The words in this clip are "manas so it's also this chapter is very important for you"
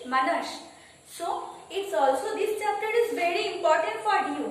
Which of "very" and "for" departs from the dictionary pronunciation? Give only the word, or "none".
none